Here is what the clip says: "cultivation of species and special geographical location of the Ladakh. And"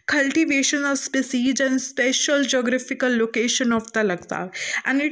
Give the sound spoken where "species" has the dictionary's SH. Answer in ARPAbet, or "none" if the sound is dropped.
S